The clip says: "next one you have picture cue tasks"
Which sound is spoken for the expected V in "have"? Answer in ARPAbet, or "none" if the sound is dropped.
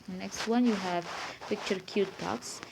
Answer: V